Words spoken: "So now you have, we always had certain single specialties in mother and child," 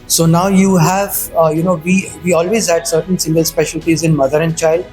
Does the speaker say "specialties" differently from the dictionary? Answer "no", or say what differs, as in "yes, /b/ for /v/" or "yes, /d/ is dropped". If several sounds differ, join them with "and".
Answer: no